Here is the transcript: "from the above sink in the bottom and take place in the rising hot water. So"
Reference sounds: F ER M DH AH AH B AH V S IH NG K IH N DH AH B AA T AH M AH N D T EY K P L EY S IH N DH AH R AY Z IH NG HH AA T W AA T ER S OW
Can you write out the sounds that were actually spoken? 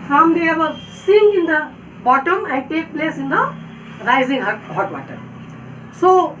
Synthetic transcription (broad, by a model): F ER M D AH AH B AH S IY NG IH N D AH B AA T AH M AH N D T EY K P L EY S IH N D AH R AY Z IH NG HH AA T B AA T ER S OW